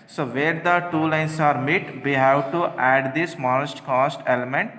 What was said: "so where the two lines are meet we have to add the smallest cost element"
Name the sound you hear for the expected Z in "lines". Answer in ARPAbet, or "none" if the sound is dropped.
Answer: S